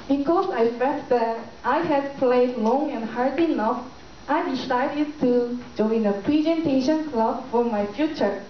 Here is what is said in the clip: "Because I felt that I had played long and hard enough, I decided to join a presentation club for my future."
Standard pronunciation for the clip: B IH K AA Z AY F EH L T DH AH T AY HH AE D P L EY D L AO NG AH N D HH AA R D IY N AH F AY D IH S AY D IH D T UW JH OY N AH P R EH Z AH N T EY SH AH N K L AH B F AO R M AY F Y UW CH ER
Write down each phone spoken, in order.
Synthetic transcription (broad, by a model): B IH K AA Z AY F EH T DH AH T AY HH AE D P L EY D L AO NG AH N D HH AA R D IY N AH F AY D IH S AY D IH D T UW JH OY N AH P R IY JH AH N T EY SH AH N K L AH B F AO R M AY F Y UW CH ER